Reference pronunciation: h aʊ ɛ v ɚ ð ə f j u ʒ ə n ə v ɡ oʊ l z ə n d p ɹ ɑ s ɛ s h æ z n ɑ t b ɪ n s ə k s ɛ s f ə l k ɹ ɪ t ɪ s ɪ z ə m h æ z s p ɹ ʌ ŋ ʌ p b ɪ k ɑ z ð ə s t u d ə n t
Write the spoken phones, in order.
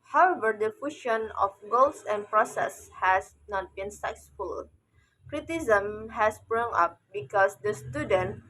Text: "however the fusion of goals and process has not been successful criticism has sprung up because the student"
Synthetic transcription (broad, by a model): h aʊ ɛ v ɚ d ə f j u ʃ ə n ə f ɡ oʊ l s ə n p ɹ ɑ s ɛ s h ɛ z n ɑ t b ɪ n s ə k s s f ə l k ɹ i t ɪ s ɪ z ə m h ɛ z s b ɹ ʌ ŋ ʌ p b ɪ k ɑ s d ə s t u d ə n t